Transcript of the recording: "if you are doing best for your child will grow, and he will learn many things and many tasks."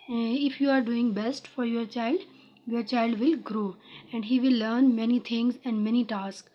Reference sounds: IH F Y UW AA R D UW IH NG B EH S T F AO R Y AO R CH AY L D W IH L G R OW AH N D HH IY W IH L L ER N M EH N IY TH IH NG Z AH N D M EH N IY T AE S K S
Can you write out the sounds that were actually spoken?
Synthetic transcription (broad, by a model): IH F Y UW AA R D UW IH NG B EH S T F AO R Y AO R CH AY L D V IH L G R OW AH N D HH IY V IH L L ER N M EH N IY T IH NG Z AH N D M EH N IY T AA S K